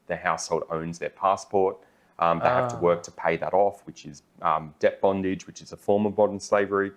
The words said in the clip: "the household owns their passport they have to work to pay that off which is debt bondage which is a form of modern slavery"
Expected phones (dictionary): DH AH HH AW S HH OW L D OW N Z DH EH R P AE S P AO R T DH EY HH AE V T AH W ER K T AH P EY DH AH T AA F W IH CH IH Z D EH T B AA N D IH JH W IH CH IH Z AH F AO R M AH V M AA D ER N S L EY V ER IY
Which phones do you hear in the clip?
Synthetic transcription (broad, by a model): DH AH HH AW S HH OW L D OW N Z DH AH R P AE S P AO R T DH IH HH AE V T AH W ER K T AH P EY DH AH T AA F W IH CH IH Z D EH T B AA N D IH JH W IH CH IH Z AH F AO R M AH V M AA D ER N S L EY V ER IY